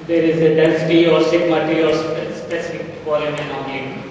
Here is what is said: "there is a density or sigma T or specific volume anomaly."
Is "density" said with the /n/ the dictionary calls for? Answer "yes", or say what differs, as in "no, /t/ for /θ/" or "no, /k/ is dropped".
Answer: no, /l/ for /n/